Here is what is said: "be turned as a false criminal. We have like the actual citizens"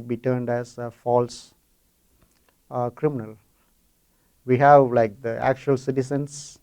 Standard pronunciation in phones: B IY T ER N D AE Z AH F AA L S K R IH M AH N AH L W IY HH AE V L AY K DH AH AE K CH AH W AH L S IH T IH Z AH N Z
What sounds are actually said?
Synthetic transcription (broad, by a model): B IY T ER N D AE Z AH F AA L S K R IH M AH N AH L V IY HH AE V L AY K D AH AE K CH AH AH L S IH T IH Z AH N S